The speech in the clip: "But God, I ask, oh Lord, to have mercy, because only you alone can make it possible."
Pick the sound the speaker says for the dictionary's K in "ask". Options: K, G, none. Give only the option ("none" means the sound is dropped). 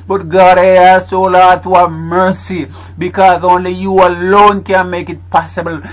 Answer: none